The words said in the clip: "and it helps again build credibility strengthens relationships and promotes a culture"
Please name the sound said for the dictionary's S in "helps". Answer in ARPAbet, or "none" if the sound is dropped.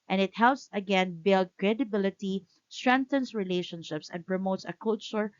S